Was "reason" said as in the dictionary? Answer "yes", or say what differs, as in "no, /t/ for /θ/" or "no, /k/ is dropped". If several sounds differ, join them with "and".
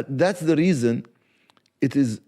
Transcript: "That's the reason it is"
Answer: yes